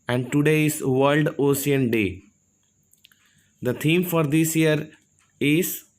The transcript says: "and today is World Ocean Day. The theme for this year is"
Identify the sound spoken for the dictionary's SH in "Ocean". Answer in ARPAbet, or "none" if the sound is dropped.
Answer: S